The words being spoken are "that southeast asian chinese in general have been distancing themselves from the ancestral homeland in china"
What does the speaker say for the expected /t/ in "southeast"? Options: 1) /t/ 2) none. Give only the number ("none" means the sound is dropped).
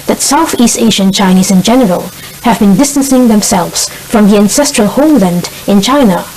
1